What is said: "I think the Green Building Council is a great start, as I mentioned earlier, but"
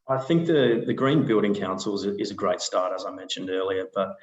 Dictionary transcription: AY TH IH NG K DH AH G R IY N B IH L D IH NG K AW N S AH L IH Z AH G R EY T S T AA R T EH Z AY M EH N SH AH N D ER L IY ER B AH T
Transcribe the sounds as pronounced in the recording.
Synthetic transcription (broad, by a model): AY TH IH NG K DH AH G R IY N B IH L D IH NG K AW N S L IH Z AH G R EY T S T AA R T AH Z AY M EH N SH AH N D ER L IY ER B AH T